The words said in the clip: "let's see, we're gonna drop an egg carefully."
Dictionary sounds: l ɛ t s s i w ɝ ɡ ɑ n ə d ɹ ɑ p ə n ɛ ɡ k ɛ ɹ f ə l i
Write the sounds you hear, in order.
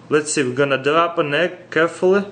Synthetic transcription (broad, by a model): l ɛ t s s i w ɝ ɡ ɑ n ə d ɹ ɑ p ə n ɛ k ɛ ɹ f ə l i